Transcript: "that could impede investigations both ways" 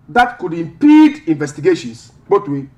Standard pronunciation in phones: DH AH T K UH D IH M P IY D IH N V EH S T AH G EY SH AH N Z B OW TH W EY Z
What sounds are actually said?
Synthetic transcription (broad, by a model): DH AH T K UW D IH M P IY D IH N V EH S T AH G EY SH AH N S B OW T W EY